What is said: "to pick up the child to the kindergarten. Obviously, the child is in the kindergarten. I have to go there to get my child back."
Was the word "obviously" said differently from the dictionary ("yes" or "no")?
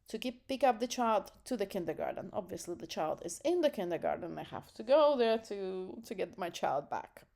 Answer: no